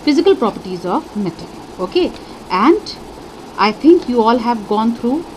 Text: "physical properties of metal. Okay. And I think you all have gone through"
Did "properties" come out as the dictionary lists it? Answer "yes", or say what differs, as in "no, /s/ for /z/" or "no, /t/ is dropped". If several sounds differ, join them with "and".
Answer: yes